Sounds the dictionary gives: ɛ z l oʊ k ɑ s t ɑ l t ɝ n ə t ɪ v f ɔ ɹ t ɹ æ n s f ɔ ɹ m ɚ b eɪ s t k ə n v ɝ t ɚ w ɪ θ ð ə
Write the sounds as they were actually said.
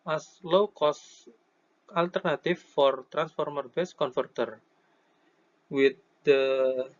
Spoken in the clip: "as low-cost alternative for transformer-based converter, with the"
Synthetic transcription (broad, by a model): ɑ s l oʊ k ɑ s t ɑ l t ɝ n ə t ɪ f ɔ ɹ t ɹ æ n s f ɔ ɹ m ɚ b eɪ s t k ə n f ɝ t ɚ w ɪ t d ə